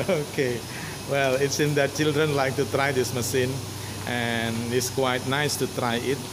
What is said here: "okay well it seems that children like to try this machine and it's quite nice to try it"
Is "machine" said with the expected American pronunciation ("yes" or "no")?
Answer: no